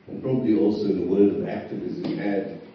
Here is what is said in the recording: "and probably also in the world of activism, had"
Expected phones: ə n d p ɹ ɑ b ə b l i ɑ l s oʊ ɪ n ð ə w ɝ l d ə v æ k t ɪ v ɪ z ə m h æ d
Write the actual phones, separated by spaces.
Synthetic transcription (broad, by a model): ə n p ɹ ɑ b ə b l i ɑ l s oʊ ɪ n ð ə w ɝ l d ə v æ k t ɪ v ɪ z ə m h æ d